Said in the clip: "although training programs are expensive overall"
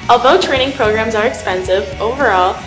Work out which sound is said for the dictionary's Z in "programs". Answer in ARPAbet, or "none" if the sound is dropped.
Z